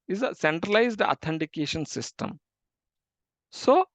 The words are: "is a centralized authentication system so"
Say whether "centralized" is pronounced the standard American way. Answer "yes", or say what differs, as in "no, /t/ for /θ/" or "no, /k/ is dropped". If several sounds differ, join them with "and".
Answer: yes